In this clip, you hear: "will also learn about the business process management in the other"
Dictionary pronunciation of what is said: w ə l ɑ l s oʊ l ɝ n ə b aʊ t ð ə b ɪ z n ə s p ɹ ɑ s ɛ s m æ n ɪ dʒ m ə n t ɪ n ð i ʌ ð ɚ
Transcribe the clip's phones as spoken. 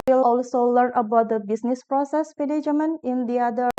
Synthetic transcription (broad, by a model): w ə l ɑ l s oʊ l ɝ n ə b aʊ t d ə b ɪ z n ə s p ɹ ɑ s ɛ s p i l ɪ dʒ m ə n ɪ n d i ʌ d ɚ